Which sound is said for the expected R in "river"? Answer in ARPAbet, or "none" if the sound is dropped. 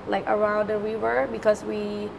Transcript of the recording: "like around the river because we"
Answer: W